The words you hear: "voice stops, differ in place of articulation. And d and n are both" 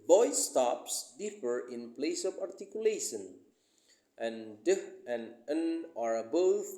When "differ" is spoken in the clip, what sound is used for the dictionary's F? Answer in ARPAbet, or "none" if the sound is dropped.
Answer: P